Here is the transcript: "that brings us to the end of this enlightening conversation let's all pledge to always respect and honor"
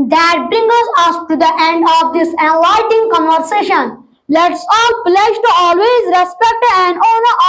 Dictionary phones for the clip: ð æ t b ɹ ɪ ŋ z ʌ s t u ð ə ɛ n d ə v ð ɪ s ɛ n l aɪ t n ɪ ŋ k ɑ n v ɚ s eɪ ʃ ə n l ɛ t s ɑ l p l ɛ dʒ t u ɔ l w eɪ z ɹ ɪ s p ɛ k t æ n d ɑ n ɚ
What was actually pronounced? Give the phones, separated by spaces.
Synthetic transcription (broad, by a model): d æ t b ɹ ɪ ŋ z ʌ s t u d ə ɛ n d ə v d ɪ s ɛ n l aɪ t ɪ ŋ k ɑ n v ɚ s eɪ ʃ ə n l ɛ t s ɑ l p l ɛ dʒ t u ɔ l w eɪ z ɹ ɪ s p ɛ k t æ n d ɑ n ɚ